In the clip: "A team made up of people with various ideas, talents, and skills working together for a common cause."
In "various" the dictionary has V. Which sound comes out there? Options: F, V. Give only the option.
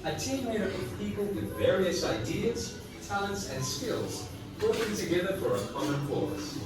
V